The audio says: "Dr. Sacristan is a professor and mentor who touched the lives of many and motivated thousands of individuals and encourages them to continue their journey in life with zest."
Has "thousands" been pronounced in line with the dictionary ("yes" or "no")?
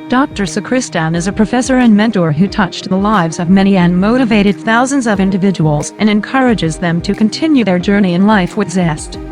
yes